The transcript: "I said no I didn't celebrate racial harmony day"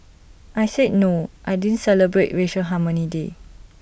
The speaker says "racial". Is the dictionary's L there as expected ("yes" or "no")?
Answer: no